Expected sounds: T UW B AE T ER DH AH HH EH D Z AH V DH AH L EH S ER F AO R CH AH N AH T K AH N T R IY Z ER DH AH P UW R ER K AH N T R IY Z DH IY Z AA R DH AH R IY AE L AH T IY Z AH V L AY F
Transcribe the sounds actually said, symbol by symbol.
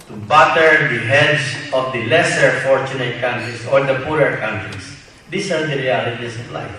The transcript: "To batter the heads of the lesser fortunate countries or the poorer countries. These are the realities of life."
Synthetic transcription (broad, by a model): T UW B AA T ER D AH HH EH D S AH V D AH L EH S ER F AO R CH AH N AH T K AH N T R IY S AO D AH P UW R ER K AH N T R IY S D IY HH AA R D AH R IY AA L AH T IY S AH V L AY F